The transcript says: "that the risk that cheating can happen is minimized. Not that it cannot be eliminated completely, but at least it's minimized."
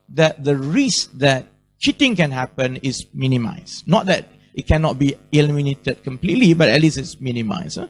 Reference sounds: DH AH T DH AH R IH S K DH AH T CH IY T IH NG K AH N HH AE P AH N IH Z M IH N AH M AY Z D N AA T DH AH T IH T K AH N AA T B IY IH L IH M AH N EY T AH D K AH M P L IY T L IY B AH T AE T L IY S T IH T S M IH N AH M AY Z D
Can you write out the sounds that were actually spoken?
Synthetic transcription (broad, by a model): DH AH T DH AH R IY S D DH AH T CH IY T IH NG K AH N HH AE P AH N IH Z M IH N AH M AY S N AA T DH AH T IH T K AH N AA T B IY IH L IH M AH N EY T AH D K AH M P L IY T L IY B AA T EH T L IY S IH T S M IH N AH M AY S